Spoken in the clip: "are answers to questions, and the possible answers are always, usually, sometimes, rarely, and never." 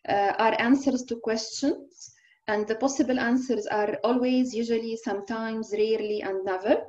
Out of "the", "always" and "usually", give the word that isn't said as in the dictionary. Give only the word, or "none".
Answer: none